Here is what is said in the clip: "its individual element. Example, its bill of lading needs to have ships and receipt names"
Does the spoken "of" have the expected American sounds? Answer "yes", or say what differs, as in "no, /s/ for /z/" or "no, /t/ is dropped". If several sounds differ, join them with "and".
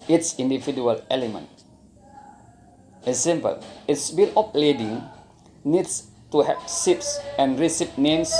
no, /p/ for /v/